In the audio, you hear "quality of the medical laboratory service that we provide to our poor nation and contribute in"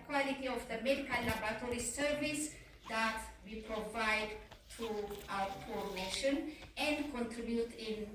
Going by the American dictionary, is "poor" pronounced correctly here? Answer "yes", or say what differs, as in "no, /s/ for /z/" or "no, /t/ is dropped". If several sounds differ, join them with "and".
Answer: no, /f/ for /p/